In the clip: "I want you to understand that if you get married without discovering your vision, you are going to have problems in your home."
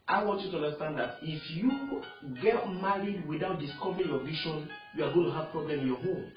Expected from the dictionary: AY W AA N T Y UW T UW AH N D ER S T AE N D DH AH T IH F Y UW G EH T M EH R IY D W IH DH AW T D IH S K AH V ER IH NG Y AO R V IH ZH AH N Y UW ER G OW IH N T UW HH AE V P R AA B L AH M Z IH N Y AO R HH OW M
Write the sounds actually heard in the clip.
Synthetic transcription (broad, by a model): AY W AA N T Y UW T UW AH N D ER S T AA N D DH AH T IH F Y UW G EH T M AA R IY D W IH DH AW T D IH S K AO V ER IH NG Y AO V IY SH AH N Y UW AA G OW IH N T UW HH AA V P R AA B L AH M IH N Y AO HH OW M